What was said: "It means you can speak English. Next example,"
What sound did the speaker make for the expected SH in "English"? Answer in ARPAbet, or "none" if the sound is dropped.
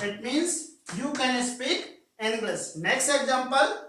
S